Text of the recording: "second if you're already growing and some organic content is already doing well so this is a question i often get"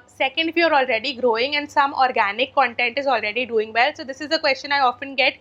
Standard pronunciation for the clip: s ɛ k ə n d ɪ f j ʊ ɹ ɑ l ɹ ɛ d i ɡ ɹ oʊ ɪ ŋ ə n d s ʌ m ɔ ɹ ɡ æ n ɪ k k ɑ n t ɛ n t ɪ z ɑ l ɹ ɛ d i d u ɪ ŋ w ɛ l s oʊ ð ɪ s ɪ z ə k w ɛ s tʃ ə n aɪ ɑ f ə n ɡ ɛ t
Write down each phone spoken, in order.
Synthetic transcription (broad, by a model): s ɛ k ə n d ɪ f j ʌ ɹ ɑ l ɹ ɛ d i ɡ ɹ oʊ ɪ ŋ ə n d s ʌ m ɔ ɹ ɡ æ n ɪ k k ɑ n t ɛ n t ɪ z ɑ l ɹ ɛ d i d u ɪ ŋ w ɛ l s oʊ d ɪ s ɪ z ə k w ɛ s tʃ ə n aɪ ɑ f ə n ɡ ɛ t